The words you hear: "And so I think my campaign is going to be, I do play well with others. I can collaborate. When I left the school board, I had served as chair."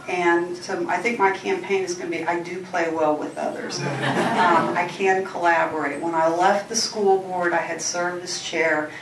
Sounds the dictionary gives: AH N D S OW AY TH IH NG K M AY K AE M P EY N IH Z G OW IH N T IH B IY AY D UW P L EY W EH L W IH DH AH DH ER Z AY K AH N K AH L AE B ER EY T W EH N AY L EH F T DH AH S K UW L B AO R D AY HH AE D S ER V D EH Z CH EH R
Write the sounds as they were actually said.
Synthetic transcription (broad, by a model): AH N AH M AY TH IH NG K M AY K AE M P EY N IH Z G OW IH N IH B IY AY D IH P L EY W EH L W IH DH AH DH ER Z AY K AH N K AH L AE B ER EY T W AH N AY L EH F T DH AH S K UW L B AO R D AY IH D S ER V IH S CH EH R